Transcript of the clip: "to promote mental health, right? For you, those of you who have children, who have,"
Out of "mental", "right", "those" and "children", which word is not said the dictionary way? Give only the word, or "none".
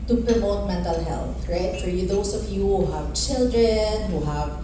those